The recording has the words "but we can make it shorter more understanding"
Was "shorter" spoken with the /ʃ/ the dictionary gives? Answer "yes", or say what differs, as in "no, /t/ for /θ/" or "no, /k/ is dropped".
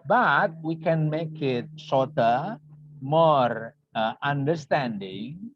no, /s/ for /ʃ/